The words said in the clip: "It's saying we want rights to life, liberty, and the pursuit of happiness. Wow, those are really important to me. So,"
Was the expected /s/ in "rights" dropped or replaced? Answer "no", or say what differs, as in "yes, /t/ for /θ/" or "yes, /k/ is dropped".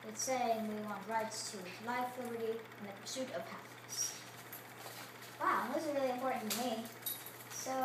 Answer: no